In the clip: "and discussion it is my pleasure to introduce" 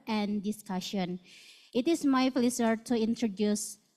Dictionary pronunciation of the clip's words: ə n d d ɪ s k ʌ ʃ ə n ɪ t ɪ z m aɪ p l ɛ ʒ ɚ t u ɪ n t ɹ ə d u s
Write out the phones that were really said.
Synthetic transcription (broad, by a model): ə n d d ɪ s k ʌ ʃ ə n ɪ t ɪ s m aɪ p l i s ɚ t u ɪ n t ɹ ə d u s